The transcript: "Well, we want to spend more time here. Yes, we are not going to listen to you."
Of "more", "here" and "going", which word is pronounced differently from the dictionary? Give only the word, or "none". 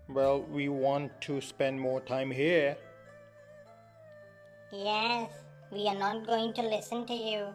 none